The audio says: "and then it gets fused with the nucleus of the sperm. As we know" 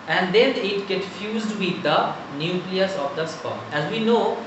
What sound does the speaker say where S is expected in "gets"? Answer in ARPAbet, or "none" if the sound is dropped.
none